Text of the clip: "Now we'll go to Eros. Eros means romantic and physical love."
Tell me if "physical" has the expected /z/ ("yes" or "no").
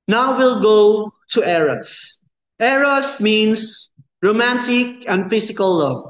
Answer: no